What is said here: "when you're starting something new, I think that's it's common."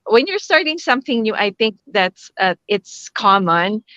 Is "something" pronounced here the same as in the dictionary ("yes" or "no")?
yes